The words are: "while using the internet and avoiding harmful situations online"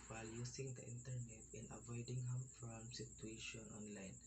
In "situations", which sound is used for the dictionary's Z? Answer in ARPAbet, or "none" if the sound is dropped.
none